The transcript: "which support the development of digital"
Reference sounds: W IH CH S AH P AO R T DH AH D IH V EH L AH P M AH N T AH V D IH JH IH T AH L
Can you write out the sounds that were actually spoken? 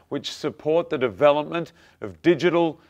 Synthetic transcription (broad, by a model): W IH CH S AH P AO R T DH AH D IH V EH L AH P M AH N T AH V D IH JH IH T L